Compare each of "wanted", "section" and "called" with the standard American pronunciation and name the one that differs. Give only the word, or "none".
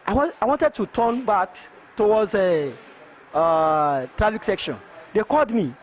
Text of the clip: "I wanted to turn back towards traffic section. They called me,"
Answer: none